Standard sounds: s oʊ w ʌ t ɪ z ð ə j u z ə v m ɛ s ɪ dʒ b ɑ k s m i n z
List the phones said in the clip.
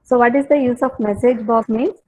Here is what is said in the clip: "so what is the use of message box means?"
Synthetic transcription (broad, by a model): s oʊ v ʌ t ɪ z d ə j u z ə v m ɛ s ɪ dʒ b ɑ s m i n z